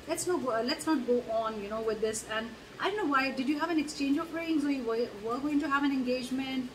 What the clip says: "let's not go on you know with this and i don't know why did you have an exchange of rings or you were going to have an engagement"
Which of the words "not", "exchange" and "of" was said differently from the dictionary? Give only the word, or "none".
of